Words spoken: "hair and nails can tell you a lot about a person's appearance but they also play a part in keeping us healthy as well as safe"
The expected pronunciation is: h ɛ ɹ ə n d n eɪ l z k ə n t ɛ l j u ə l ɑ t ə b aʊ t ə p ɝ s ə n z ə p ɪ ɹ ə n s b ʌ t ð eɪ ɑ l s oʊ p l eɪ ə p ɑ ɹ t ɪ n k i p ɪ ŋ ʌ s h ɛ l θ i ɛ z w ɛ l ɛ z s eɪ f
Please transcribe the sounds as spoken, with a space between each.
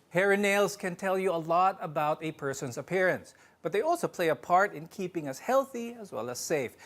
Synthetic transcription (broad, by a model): h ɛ ɹ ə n n eɪ l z k ə n t ɛ l j u ə l ɑ t ə b aʊ t ə p ɝ s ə n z ə p ɪ ɹ ə n s b ʌ t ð eɪ ɑ l s oʊ p l eɪ ə p ɑ ɹ t ɪ n k i p ɪ ŋ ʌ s h ɛ l θ i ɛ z w ɛ l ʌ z s eɪ f